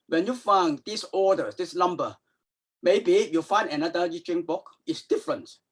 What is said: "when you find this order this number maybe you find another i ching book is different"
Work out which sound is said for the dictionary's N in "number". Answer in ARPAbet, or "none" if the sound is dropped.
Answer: L